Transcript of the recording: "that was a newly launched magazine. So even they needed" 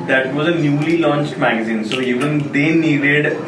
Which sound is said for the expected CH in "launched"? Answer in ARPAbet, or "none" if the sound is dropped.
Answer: CH